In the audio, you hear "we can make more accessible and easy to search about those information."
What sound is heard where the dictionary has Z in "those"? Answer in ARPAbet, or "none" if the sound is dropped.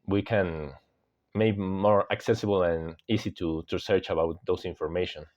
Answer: S